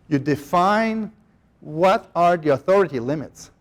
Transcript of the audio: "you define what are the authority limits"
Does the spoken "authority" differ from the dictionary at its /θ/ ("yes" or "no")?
no